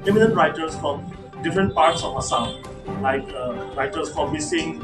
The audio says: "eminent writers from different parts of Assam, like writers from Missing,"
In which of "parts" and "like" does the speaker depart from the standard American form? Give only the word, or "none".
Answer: none